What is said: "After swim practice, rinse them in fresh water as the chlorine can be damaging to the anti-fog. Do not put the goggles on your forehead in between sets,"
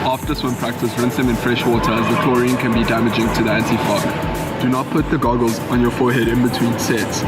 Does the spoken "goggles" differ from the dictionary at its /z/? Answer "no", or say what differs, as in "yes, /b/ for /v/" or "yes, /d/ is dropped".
no